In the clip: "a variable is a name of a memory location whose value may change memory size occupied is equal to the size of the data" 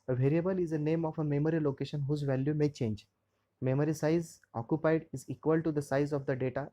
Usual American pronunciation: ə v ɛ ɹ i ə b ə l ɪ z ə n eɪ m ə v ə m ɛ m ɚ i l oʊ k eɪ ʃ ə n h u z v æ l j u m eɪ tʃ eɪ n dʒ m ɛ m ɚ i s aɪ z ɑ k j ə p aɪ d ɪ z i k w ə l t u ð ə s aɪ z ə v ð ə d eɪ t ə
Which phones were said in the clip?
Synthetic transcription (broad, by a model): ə v ɛ ɹ i ə b ə l ɪ z ə n eɪ m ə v ə m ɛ m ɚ i l oʊ k eɪ ʃ ə n h u z v æ l j u m eɪ tʃ eɪ n dʒ m ɛ m ɚ i s aɪ z ɑ k j ə p aɪ d ɪ z i k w ə l t u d ə s aɪ z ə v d ə d eɪ t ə